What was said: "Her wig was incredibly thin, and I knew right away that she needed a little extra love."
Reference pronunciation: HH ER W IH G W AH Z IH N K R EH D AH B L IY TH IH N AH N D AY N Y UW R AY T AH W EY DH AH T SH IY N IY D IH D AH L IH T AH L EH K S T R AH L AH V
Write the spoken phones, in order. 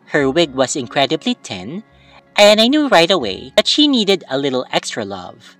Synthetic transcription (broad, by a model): HH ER W IH G W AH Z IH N K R EH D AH B L IY T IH N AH N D AY N Y UW R AY T AH W EY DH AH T SH IY N IY D IH D AH L IH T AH L EH K S T R AH L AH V